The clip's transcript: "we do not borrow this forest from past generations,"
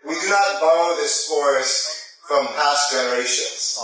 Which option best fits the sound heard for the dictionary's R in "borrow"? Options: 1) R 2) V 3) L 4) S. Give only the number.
3